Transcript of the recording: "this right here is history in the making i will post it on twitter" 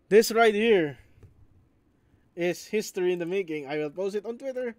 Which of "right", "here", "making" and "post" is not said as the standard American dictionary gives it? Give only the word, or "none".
none